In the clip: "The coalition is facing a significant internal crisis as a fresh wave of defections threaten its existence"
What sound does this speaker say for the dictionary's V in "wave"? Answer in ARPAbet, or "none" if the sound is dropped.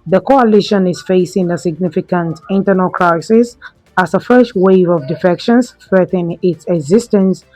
V